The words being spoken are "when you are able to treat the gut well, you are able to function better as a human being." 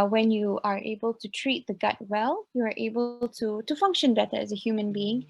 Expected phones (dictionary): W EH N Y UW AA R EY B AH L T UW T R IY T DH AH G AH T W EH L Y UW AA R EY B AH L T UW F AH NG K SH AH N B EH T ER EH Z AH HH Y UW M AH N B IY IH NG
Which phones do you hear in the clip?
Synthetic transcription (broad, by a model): W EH N Y UW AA R EY B AH L T UW T R IY T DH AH G AH T W EH L Y UW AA R EY B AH L T UW F AH NG K SH AH N B EH T ER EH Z AH HH Y UW M AH N B IY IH NG